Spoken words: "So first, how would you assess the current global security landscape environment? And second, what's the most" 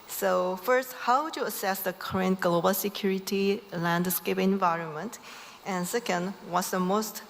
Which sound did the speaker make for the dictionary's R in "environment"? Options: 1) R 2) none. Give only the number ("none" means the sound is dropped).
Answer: 1